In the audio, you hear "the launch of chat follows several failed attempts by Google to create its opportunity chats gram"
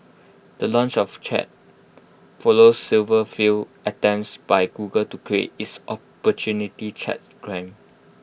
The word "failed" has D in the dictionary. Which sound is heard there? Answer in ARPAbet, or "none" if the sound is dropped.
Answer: none